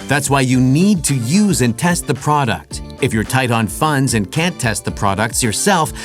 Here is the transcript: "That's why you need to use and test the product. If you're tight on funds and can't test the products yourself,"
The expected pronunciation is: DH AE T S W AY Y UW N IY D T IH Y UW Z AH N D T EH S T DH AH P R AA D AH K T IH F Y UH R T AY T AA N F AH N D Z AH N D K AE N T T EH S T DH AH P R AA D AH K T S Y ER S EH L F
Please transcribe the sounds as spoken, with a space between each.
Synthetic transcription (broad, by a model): DH AE T S W AY Y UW N IY D T IH Y UW Z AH N T EH S T DH AH P R AA D AH K T IH F Y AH R T AY T N F AH N D Z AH N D K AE N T T EH S T DH AH P R AA D AH K T S Y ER S EH L F